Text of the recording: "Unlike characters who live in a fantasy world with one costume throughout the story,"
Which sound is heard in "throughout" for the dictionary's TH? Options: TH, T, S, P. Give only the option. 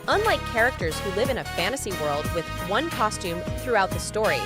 TH